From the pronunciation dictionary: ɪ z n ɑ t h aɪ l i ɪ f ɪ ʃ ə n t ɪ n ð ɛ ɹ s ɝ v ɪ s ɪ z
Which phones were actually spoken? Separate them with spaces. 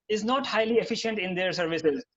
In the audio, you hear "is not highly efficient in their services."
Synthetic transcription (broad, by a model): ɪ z n ɑ t h aɪ l i ɪ f ɪ ʃ ə n t ɪ n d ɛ ɹ s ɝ v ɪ s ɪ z